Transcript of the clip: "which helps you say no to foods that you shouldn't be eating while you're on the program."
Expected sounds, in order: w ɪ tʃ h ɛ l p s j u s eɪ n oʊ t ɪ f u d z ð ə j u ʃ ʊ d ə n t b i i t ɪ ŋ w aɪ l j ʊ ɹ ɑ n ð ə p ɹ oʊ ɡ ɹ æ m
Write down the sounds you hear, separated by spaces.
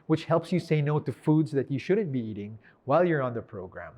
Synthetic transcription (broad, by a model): w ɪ tʃ h ɛ l p s j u s eɪ n oʊ t ɪ f u d z ð ə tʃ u ʃ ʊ d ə n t b i i t ɪ ŋ w aɪ l j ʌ ɹ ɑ n ð ə p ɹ oʊ ɡ ɹ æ m